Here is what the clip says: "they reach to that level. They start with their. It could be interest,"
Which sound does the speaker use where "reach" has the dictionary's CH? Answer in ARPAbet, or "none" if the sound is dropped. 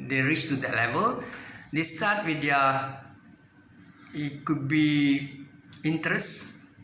CH